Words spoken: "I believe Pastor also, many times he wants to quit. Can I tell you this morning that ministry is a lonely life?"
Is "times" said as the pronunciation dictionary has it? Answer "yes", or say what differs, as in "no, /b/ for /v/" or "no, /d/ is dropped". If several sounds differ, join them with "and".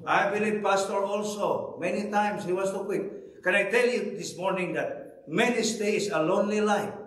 no, /s/ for /z/